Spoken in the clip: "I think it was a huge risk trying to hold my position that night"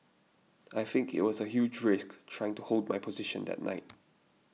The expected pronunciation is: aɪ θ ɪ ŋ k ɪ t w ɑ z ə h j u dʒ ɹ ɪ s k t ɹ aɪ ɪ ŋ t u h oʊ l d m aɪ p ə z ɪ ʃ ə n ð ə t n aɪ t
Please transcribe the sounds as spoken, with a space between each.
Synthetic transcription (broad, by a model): aɪ θ ɪ ŋ k ɪ t w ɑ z ə h j u dʒ ɹ ɪ s k t ɹ aɪ ɪ ŋ t u h oʊ l d m aɪ p ə z ɪ ʃ ə n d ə t n aɪ t